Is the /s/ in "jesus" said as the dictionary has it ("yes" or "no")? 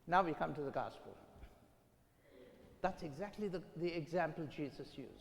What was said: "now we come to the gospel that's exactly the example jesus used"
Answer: yes